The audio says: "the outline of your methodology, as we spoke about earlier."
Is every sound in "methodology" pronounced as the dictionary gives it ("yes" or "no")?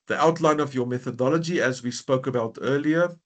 yes